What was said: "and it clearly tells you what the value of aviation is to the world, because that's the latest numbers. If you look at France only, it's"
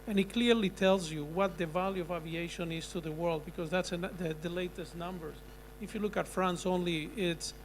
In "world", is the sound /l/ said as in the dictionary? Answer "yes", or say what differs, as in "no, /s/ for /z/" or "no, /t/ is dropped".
yes